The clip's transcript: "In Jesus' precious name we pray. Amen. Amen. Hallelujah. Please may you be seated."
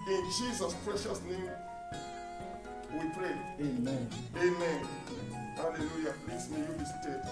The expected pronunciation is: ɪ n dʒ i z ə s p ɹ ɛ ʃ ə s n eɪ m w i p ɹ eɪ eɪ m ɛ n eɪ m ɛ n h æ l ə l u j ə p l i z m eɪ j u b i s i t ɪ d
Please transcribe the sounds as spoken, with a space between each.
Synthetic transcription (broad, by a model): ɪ n dʒ i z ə s p ɹ ɛ ʃ ə s n eɪ m w i p ɹ eɪ eɪ m ɛ n eɪ m ɛ n h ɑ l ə l u j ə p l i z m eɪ j u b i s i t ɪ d